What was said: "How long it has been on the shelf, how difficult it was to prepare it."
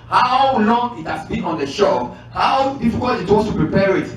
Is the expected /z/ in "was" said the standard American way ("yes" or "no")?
no